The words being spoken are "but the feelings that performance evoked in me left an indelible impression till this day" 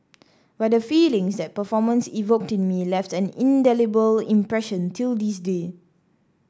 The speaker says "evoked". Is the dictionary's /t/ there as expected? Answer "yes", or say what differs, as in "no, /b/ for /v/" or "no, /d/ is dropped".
yes